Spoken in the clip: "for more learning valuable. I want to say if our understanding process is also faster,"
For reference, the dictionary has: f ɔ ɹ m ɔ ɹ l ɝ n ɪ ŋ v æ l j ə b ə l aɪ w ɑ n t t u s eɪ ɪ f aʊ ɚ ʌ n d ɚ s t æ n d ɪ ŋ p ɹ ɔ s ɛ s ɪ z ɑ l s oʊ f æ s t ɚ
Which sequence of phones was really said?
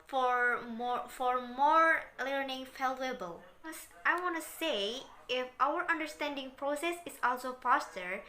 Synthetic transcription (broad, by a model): f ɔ ɹ m ɔ ɹ l ɝ n ɪ ŋ f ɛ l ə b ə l aɪ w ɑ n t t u s eɪ ɪ f aʊ ɚ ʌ n d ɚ s t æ n d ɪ ŋ p ɹ ɔ s ɛ s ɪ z ɑ l s oʊ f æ s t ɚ